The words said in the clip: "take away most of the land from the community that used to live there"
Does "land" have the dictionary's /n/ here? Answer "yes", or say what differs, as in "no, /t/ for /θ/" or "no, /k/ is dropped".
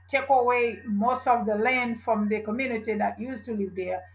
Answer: yes